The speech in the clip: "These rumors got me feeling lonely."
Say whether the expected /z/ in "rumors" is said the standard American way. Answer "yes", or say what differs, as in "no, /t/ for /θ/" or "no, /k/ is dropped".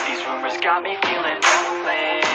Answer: yes